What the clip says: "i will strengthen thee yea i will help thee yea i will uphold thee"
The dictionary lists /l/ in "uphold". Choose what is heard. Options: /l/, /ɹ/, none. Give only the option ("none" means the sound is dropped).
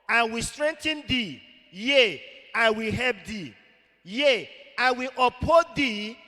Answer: none